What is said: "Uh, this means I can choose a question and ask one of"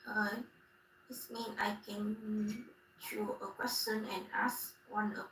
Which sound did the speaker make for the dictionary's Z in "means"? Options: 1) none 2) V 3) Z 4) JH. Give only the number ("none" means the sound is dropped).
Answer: 1